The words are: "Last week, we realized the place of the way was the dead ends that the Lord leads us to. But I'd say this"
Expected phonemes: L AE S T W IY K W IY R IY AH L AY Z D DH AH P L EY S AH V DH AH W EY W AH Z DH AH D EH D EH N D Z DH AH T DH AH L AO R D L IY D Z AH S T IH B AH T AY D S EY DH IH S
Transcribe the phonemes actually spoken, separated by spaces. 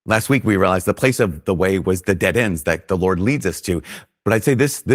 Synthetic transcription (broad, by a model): L AE S T W IY K W IY R IY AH L AY Z DH AH P L EY S AH V DH AH W EY W AH Z DH AH D EH D EH N D Z DH AH T DH AH L AO R D L IY D Z AH S T IH B AH T AY D S EY DH IH S